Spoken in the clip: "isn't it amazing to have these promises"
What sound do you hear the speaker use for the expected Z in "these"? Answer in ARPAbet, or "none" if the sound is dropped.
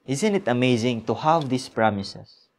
S